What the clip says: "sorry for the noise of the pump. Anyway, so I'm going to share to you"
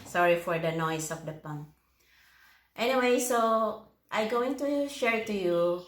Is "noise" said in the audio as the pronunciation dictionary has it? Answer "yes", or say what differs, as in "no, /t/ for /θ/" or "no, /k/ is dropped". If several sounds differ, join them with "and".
no, /s/ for /z/